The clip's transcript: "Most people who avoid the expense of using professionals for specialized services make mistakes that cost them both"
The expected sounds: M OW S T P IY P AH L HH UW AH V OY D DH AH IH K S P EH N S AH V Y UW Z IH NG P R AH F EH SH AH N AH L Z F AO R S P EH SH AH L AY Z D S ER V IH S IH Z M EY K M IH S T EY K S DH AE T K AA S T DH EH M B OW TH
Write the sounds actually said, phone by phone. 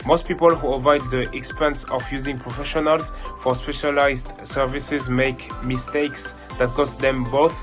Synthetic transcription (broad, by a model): M OW S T P IY P AH L HH UW AH V OY D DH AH IH K S P EH N S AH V Y UW Z IH NG P R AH F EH SH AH N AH L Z F AO R S P EH SH AH L AY Z D S ER V IH S IH Z M EY K M IH S T EY K S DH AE T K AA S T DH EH M B OW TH